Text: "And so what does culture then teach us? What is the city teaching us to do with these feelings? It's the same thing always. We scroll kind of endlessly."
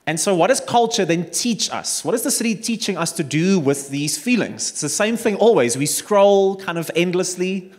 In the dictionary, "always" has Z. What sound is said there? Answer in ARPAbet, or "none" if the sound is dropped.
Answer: Z